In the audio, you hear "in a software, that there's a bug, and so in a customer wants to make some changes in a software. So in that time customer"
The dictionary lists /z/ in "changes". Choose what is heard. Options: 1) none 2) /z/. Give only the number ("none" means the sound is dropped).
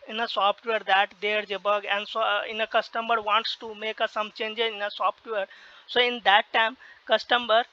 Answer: 1